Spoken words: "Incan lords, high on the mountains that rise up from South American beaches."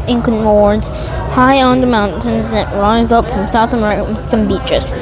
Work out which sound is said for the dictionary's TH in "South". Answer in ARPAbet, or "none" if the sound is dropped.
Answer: TH